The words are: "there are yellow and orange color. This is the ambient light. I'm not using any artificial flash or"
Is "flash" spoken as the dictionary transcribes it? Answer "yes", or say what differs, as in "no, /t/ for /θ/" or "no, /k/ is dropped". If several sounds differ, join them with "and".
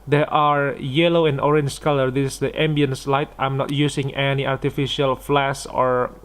no, /s/ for /ʃ/